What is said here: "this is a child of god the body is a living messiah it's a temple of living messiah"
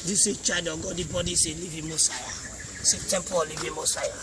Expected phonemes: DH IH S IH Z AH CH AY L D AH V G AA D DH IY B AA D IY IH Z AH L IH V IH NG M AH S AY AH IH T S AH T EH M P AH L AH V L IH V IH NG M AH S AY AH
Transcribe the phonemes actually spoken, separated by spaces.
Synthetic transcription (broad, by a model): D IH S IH CH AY D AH G AA D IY B AA D IY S AH L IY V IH M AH S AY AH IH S AH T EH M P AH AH L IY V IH M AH S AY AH